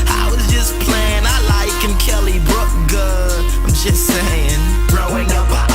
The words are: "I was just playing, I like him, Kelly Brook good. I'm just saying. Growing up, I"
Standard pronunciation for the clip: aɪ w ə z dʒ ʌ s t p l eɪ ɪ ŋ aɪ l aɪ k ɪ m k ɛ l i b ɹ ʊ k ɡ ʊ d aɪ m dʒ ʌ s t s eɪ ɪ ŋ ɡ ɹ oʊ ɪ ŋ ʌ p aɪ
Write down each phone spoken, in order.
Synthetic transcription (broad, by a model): aɪ w ə z dʒ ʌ s p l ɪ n aɪ l aɪ k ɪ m k ɛ l i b ɹ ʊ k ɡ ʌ aɪ m dʒ ʌ s t s eɪ ɪ ŋ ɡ ɹ oʊ ɪ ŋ ʌ p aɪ